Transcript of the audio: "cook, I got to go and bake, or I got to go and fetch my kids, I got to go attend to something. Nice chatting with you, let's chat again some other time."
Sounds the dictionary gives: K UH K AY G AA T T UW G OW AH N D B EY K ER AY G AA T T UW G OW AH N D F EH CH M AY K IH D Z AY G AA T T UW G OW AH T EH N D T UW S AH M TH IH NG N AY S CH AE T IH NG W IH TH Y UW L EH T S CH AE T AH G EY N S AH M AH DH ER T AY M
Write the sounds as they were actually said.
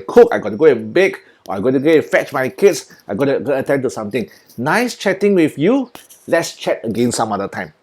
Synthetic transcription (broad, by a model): K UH K AY G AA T T UW G OW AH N B EY K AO AY G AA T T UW G OW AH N F EH CH M AY K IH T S AY G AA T T UW G OW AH T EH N T UW S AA M T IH NG N AY S CH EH T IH NG W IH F Y UW L EH T S CH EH T AH G EY N S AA M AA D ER T AY M